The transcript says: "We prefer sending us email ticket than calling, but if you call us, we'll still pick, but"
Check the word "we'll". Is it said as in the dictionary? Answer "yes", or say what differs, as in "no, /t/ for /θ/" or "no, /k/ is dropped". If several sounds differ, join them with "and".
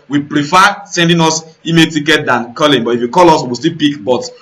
no, /w/ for /l/